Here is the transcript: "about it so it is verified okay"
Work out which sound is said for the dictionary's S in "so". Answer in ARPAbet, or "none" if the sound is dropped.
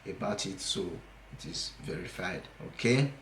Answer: S